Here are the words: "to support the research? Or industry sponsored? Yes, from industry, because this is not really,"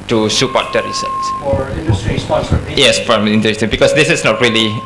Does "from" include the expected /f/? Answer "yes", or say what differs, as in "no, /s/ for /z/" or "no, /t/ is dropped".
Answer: no, /p/ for /f/